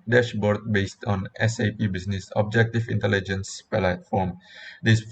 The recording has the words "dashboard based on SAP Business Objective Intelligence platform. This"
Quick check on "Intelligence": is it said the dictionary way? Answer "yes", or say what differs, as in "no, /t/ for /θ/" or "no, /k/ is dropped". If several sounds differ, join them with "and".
yes